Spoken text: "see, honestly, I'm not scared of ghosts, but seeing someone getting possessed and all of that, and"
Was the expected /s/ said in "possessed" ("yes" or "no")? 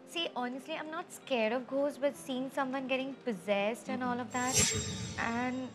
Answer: yes